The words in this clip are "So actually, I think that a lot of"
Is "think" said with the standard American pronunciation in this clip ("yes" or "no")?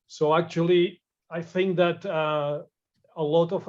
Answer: yes